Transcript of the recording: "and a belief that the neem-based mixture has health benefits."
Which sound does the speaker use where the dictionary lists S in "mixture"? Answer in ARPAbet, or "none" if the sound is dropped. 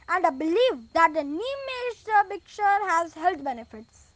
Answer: none